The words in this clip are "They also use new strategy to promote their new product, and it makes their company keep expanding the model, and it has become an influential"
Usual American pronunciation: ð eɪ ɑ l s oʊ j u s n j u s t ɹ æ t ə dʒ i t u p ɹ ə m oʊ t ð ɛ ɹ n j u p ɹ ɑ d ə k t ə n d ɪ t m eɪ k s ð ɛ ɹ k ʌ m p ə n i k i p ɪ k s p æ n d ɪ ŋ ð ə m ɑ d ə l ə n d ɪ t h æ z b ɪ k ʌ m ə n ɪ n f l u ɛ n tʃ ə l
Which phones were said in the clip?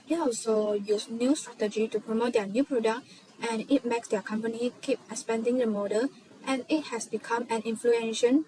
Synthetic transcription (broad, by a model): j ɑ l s oʊ j u s n j u s t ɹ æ t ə dʒ i t u p ɹ ə m oʊ t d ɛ n j u p ɹ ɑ d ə k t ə n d ɪ t m eɪ k s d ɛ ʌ k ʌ m p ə n i k i p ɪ s p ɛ n d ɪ ŋ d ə m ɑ d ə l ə n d ɪ t h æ s b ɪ k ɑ m ə n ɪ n f l u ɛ n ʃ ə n